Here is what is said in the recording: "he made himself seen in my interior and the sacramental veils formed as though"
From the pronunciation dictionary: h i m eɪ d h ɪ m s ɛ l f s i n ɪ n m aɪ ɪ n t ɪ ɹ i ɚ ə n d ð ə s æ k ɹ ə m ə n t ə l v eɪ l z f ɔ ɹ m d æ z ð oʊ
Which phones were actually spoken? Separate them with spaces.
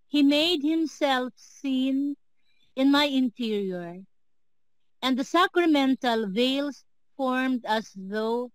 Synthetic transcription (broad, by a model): h i m eɪ d h ɪ m s ɛ l f s i n ɪ n m aɪ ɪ n t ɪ ɹ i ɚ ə n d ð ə s æ k ɹ ə m ə n t ə l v eɪ l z f ɔ ɹ m d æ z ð oʊ